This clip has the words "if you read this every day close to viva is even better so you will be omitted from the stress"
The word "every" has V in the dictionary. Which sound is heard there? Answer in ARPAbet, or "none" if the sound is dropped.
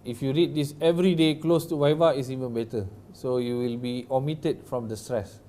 V